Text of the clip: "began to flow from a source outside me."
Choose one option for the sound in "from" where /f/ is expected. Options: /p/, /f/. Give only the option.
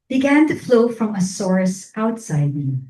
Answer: /f/